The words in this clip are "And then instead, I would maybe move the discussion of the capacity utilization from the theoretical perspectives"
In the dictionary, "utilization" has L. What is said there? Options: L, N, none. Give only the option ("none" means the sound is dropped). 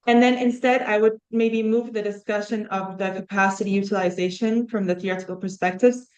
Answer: L